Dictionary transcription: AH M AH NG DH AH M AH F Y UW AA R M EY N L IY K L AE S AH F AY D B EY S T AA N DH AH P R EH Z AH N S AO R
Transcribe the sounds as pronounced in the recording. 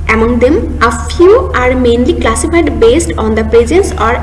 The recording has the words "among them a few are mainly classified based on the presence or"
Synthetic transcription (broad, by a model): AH M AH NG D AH M AH F Y UW AA R M EY N L IY K L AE S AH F AY D B EY S T AA N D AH P R EH Z AH N S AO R